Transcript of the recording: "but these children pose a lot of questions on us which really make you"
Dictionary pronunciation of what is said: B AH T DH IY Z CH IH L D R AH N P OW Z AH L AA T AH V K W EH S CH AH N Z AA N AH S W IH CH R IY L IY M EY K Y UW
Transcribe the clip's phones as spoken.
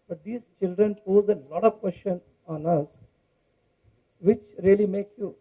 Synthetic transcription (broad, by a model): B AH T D IY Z CH IH L D R AH N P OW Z AH L AA T AH V K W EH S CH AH N AA N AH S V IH CH R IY L IY M EY K Y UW